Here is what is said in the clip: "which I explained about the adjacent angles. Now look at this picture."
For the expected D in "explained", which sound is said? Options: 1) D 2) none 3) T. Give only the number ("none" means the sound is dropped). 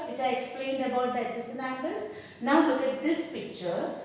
1